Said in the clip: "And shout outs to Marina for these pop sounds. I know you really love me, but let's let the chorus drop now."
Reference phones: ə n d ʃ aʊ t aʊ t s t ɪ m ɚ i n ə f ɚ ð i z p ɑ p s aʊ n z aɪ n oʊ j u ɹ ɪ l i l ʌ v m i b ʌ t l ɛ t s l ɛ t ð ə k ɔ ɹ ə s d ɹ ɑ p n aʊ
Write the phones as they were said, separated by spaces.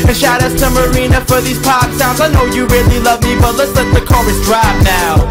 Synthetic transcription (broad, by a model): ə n ʃ aʊ t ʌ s t ɪ m ɚ i n ə f ɚ ð i z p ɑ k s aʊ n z aɪ n oʊ j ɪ ɹ ɪ l i l ʌ v m i b ʌ t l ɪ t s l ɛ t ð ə k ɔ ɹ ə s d ɹ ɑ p n aʊ